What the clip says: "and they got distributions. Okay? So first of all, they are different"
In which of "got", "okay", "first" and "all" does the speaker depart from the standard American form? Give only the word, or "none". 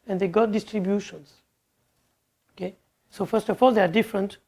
none